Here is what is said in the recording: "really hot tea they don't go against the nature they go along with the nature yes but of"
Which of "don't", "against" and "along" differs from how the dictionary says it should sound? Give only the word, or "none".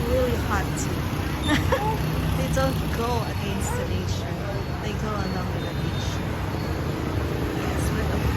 along